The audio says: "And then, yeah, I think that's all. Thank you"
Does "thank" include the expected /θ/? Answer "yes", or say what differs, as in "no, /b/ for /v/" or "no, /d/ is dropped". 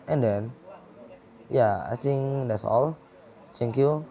no, /t/ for /θ/